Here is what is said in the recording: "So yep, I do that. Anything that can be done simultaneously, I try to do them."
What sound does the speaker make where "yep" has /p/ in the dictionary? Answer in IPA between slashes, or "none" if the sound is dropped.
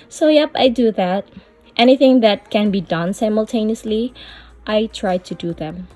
/p/